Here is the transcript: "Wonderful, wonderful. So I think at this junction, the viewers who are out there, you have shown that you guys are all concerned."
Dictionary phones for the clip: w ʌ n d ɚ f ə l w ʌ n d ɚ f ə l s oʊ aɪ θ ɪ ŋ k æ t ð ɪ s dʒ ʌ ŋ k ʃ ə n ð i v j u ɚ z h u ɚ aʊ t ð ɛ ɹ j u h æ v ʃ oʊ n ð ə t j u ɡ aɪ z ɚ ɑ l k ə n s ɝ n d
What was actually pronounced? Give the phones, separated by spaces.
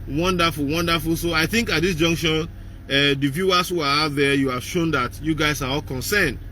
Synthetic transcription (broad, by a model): w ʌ n d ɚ f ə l w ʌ n d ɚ f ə l s oʊ aɪ θ ɪ ŋ k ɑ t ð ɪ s dʒ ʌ ŋ k ʃ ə n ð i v j u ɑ s h u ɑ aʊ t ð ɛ j u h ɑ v ʃ oʊ n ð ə t j u ɡ aɪ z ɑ ɑ l k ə n s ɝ n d